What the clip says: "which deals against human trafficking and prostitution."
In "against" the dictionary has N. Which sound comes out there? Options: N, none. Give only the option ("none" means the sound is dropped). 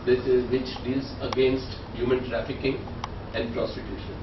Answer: N